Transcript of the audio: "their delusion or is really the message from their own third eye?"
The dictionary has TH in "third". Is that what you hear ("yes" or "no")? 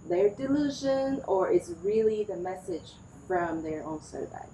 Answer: no